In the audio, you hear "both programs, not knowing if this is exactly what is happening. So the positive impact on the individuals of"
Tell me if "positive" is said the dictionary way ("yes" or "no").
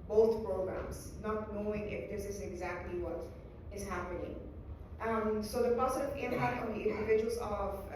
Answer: no